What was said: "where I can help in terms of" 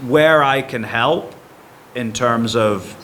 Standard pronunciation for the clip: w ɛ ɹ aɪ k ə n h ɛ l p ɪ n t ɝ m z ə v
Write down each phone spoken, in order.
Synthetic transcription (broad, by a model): w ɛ ɹ aɪ k ə n h ɛ l p ɪ n t ɝ m z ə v